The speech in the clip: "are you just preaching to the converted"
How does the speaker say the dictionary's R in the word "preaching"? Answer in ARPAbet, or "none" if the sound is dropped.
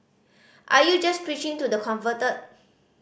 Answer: R